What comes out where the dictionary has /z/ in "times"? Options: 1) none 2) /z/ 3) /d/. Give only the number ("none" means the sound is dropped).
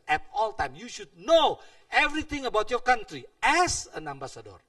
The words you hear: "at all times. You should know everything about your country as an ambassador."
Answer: 1